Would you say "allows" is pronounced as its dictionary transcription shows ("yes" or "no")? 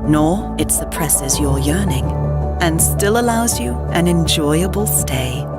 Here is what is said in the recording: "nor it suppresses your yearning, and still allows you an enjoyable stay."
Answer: yes